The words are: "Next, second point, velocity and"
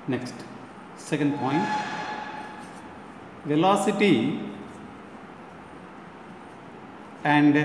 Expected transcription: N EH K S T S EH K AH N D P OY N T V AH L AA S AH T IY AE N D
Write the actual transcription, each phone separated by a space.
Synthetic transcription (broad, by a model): N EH K S T S EH K AH N D P OY N T V AH L AA S AH T IY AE N D